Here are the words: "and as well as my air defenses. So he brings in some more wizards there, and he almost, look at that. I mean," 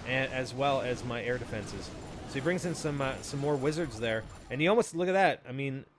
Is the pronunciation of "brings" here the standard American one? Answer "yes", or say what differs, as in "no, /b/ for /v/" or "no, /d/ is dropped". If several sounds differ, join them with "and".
yes